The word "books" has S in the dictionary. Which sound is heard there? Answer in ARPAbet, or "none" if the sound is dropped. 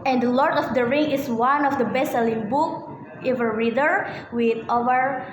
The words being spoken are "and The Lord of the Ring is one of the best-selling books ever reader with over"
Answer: none